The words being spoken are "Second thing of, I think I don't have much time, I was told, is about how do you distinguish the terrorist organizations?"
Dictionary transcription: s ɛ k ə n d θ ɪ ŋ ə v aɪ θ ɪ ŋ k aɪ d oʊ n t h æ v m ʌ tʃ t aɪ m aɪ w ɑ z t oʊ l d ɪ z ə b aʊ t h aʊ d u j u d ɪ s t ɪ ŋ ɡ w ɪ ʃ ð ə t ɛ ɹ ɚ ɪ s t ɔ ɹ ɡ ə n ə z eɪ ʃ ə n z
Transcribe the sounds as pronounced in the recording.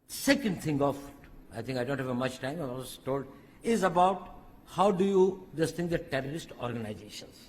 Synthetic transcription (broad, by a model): s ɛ k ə n d t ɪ ŋ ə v aɪ t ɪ ŋ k aɪ d oʊ n t h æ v m ʌ tʃ t aɪ m aɪ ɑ s t oʊ l d ɪ z ə b aʊ t h aʊ d u j u d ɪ s t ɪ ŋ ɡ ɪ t t ɛ ɹ ɚ ɪ s t ɔ ɹ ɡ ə n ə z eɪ ʃ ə n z